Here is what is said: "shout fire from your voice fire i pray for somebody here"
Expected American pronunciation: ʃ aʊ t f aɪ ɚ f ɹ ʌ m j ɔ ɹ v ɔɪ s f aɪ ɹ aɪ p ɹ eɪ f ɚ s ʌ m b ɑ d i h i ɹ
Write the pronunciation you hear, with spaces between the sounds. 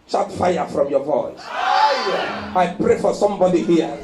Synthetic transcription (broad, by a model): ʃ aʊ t f aɪ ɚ f ɹ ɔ m j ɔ v ɔɪ s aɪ aɪ p ɹ eɪ f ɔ s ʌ m b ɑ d i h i